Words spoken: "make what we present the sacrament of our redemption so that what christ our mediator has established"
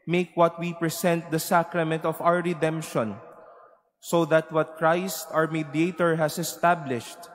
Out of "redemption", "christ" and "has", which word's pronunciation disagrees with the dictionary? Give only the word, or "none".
has